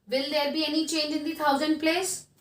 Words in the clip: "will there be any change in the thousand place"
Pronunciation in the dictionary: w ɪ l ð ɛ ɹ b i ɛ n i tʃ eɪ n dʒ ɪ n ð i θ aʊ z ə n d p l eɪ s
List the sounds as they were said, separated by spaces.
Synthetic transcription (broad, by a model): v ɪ l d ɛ ɹ b i ɛ n i tʃ eɪ n dʒ ɪ n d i t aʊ z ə n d p l eɪ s